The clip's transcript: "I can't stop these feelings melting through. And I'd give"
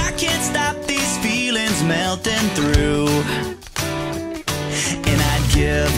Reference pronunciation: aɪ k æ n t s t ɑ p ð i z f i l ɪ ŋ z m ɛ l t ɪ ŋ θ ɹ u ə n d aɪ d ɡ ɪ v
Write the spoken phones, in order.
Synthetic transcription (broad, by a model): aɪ k æ n t s t ɑ p ð i z f i l ɪ ŋ z m ɛ l t ɪ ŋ θ ɹ u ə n aɪ d ɡ ɪ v